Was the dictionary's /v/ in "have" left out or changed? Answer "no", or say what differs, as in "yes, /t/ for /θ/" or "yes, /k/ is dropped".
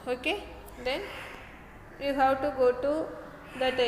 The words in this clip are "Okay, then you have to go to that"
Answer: yes, /w/ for /v/